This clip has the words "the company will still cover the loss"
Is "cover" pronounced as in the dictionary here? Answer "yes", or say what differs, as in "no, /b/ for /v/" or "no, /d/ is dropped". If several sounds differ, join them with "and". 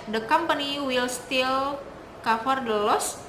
no, /f/ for /v/